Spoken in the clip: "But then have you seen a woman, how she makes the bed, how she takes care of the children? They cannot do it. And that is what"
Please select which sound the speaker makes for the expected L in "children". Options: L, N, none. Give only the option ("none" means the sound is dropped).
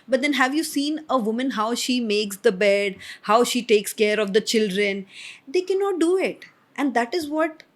L